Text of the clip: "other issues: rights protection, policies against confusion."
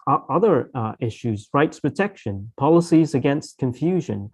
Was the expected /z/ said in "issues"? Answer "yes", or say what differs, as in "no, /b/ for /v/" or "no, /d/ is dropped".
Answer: yes